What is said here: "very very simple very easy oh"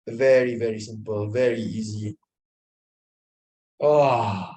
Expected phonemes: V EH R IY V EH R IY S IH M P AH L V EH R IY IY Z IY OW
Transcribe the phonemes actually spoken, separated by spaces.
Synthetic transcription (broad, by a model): V EH R IY V EH R IY S IH M P AH L V EH R IY IY Z IY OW